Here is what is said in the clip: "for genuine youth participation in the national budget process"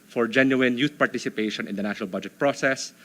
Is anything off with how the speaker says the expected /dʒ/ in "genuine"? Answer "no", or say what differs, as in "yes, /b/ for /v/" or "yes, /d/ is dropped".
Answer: no